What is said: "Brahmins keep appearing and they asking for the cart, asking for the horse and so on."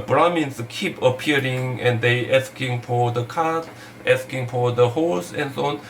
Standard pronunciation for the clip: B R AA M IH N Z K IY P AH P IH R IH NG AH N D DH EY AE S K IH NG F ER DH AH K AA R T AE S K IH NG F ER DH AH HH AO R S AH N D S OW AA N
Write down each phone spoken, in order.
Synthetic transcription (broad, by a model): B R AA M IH N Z K IY P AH P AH R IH NG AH N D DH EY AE S K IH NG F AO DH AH K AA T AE S K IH NG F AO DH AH HH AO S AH N S OW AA N